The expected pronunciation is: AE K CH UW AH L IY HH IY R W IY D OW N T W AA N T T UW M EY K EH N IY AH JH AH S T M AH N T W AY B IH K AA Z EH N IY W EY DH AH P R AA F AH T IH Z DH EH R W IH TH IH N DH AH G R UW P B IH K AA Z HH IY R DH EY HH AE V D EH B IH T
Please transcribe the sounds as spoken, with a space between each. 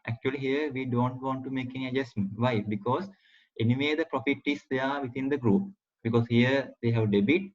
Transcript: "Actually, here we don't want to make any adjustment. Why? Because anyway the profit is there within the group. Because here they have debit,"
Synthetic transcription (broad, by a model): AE K CH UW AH L IY HH IY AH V IY D OW N T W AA N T T UW M EY K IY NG AH JH AH S T M AH N T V AY B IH K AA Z EH N IY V EY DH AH P R AA F AH T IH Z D EH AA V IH T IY N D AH G R UW P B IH K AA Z HH IY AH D EY HH AE V D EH B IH T